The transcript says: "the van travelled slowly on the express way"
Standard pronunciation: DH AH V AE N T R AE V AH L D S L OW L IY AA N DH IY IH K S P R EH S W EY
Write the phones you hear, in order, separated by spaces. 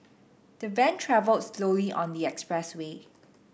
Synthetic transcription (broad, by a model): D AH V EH N T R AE V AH L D S L OW L IY AA N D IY IH K S P R EH S W EY